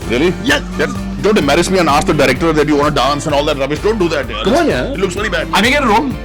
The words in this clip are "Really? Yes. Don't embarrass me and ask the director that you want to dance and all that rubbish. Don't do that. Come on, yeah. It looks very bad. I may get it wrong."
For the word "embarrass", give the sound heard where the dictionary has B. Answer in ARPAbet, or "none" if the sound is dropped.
none